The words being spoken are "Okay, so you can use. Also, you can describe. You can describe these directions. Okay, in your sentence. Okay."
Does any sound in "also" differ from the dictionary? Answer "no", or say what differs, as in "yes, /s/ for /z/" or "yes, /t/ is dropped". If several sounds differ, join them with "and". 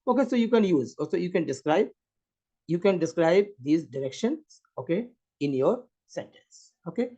yes, /l/ is dropped